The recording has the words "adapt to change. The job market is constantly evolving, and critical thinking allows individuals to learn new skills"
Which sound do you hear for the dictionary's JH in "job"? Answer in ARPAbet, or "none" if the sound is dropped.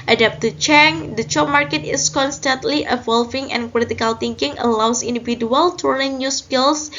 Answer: CH